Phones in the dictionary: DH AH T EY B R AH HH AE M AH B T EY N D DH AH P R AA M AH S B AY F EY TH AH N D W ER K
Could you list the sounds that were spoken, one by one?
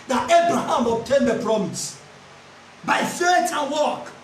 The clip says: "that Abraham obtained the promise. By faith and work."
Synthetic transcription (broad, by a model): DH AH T EY B R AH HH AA M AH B T EY N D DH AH P R AA M AH S B AY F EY T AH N W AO K